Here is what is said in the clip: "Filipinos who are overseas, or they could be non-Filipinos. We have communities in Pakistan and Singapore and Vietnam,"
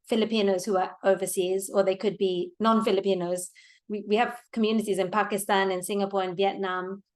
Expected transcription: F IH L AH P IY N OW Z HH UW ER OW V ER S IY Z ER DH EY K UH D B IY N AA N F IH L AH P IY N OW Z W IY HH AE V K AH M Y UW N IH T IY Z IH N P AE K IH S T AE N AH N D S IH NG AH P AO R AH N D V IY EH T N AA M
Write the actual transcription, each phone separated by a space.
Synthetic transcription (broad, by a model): F IH L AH P IY N OW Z HH UW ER OW V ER S IY Z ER DH EY K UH D B IY N AA N F IH L AH P IY N OW Z W IY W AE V K AH M Y UW N IH T IY Z IH N P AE K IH S T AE N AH N S IH NG AH P AO R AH N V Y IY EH T N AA M